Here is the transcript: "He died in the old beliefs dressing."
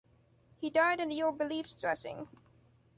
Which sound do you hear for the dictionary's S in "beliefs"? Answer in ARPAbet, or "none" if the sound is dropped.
S